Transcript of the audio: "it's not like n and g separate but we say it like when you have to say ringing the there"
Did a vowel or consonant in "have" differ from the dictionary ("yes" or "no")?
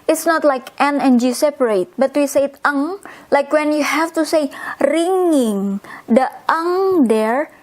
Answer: yes